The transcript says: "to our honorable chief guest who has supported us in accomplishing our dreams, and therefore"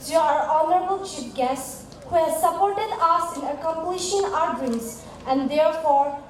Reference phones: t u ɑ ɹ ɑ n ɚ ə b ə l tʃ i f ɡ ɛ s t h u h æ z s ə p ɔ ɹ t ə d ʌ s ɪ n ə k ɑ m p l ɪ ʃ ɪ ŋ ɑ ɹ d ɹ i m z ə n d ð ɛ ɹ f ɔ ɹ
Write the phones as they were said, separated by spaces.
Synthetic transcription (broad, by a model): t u ɑ ɹ ɑ n ɚ ə b ə l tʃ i p ɡ ɛ s t h u h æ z s ə p ɔ ɹ t ə d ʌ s ɪ n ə k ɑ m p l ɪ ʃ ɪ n ɑ ɹ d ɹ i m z ə n d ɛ ɹ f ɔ ɹ